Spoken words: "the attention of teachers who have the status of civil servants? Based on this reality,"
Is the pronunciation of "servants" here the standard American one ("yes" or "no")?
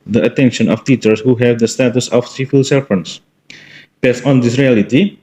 no